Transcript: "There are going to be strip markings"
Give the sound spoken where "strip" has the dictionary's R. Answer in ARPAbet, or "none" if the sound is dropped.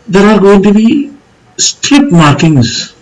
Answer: none